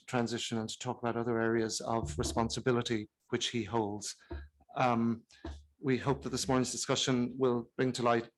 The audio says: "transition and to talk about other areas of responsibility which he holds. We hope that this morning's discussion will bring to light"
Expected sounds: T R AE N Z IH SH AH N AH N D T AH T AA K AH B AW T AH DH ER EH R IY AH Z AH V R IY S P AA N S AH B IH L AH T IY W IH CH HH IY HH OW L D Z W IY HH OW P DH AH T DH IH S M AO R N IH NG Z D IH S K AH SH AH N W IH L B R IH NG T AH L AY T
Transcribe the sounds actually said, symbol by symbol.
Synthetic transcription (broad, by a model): T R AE N Z IH SH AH N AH N T AH T AA K AH B AW T AH DH ER EH R IY AH Z AH V R IY S P AA N S AH B IH L AH T IY W IH CH HH IY HH OW L D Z W IY HH OW P DH AH T DH IH S M AO R N IH NG Z D IH S K AH SH AH N W IH L B R IH NG T AH L AY T